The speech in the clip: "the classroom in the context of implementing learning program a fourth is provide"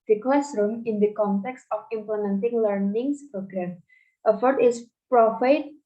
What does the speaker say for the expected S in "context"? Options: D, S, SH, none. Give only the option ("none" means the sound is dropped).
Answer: S